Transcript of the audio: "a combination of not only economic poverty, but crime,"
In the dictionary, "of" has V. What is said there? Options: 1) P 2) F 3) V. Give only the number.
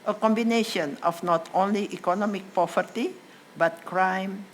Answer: 2